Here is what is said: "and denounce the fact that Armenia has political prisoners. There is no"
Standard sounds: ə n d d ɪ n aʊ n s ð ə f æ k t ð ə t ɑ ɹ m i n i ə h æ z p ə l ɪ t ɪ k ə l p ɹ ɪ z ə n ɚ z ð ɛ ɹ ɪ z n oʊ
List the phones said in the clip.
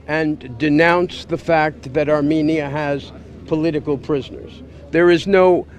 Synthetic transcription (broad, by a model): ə n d d ɪ n aʊ n s ð ə f æ k t ð ə t ɑ ɹ m i n i ə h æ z p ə l ɪ t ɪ k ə l p ɹ ɪ z ə n ɚ z ð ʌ ɹ ɪ z n oʊ